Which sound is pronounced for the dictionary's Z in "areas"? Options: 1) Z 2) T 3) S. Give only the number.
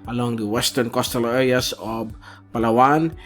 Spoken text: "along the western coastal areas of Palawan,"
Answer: 3